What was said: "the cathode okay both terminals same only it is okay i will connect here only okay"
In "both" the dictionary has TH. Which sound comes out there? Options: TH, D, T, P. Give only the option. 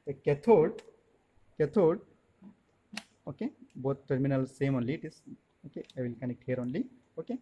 T